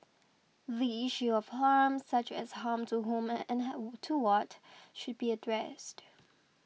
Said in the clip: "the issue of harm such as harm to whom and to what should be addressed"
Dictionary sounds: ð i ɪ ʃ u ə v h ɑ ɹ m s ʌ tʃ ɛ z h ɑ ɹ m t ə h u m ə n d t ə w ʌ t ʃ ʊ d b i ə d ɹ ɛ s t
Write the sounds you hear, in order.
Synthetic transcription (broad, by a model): ð i ɪ ʃ u ə v h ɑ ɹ m s ʌ tʃ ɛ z h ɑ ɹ m t ə h u m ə n t ə w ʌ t ʃ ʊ d b i ə d ɹ ɛ s t